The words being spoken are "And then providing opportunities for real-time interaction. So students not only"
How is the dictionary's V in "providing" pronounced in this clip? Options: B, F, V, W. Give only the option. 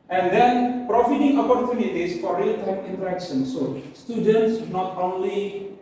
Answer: F